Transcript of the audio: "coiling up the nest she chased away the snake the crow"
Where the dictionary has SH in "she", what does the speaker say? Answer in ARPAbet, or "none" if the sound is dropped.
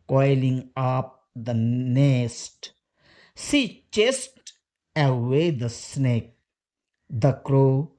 S